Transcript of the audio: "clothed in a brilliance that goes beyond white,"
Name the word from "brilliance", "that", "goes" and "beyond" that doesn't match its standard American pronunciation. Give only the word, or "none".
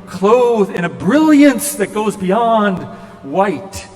none